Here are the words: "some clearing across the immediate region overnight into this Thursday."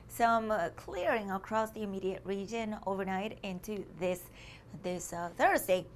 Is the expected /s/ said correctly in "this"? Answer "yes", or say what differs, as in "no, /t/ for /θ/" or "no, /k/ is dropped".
yes